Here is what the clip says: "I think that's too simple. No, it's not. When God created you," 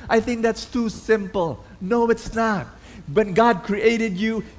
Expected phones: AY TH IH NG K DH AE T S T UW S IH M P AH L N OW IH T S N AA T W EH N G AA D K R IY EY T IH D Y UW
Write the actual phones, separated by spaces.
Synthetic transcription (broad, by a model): AY TH IH NG K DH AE T S T UW S IH M P AH L N OW IH T S N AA T W EH N G AA D K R IY EY T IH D Y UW